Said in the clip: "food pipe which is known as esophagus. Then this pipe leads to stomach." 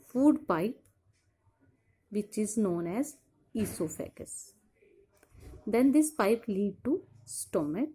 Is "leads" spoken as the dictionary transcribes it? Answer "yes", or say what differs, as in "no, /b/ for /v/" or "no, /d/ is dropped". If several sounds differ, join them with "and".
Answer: no, /z/ is dropped